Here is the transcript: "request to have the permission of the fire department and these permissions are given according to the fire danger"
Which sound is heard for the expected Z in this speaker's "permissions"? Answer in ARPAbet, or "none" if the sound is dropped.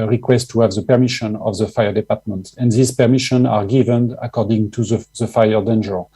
none